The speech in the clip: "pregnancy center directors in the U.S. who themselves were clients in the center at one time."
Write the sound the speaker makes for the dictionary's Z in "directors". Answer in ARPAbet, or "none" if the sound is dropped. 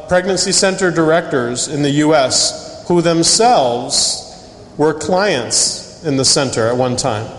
Z